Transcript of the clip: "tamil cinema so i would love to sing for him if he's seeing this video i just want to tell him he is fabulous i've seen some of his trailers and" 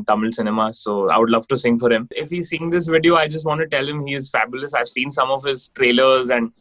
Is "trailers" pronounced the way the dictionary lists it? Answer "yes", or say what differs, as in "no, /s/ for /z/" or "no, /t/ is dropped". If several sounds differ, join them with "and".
yes